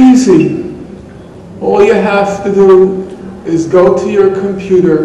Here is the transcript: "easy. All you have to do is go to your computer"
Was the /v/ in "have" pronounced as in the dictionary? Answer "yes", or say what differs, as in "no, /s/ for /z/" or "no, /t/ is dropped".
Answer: no, /f/ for /v/